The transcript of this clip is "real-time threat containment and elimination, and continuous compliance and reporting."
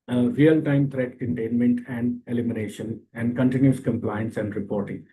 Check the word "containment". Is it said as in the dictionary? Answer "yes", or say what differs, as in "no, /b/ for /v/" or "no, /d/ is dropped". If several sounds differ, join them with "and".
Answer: yes